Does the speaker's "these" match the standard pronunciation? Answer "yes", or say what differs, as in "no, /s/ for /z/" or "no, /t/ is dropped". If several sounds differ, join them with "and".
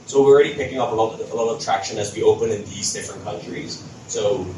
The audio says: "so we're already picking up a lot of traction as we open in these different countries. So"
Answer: yes